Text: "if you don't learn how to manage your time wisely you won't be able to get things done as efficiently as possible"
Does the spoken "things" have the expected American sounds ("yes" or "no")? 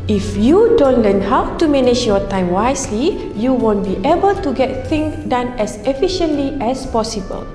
no